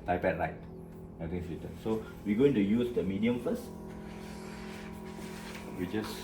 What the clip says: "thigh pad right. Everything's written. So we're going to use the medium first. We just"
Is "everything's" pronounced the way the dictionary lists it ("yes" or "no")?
no